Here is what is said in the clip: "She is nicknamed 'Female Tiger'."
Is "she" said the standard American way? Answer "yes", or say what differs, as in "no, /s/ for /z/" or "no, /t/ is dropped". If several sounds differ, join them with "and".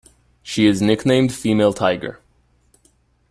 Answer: yes